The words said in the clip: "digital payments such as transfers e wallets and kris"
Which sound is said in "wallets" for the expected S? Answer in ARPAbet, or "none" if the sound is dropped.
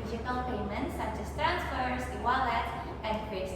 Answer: none